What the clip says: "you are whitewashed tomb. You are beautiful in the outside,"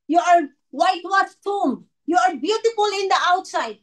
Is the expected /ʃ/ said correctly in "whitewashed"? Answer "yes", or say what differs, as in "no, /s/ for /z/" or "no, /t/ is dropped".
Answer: no, /ʃ/ is dropped